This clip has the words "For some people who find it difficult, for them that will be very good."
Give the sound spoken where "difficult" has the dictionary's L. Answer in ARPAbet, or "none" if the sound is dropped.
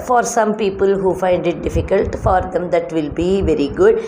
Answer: L